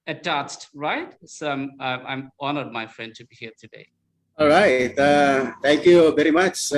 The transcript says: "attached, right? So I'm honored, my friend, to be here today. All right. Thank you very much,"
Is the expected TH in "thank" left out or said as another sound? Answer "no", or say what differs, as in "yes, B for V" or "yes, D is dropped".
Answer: yes, T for TH